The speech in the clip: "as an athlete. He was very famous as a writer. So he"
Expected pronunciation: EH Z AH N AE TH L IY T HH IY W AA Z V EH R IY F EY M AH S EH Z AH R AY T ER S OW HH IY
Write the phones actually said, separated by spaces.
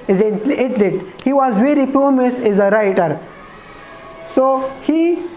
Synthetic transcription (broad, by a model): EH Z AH L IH T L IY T HH IY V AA Z V EH R IY P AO M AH S EH Z AH R AY T ER S OW HH IY